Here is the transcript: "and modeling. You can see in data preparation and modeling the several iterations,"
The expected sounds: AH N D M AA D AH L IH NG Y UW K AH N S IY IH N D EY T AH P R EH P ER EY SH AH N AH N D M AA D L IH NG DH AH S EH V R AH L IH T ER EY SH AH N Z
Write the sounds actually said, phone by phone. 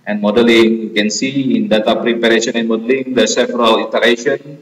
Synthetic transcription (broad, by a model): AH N M AA D AH L IH NG Y UW K AH N S IY IH N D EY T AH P R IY P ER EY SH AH N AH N M AA D L IH NG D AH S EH F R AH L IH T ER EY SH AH N